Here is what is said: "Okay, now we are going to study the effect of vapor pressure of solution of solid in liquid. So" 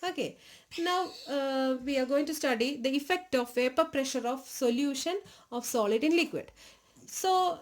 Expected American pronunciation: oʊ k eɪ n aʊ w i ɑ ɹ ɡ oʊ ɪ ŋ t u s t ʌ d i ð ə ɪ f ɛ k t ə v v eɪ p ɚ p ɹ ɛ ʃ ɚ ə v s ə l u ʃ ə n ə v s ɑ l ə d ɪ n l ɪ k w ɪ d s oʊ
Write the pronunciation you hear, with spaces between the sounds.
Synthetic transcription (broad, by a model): oʊ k eɪ n aʊ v i ɑ ɹ ɡ oʊ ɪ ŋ t u s t ʌ d i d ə ɪ f ɛ k t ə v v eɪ p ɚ p ɹ ɛ ʃ ɚ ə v s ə l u ʃ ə n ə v s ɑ l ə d ɪ n l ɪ k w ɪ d s oʊ